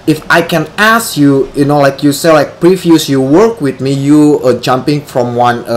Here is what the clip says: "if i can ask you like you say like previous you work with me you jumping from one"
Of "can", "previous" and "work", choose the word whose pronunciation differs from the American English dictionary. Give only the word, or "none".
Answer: previous